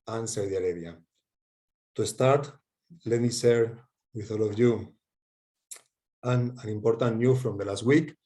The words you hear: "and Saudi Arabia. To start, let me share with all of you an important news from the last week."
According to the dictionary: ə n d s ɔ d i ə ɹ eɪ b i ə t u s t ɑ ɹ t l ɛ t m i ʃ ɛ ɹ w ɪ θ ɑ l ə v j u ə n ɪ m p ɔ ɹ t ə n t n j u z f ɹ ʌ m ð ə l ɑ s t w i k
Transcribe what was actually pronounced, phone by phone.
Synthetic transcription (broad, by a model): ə n s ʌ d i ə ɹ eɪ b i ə t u s t ɑ ɹ t l ɛ t m i s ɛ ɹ w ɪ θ ɑ l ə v j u ə n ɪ m p ɔ ɹ t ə n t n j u f ɹ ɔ m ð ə l ɑ s t w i k